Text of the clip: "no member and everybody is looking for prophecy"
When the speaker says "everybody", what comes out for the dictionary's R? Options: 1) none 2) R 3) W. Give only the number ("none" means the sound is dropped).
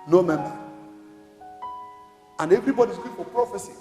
2